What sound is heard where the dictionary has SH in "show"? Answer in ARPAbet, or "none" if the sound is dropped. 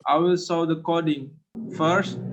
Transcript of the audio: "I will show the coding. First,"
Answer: S